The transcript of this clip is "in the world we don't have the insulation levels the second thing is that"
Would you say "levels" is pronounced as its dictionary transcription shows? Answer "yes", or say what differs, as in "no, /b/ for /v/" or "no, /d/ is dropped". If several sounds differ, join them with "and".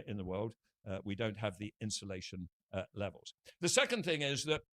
yes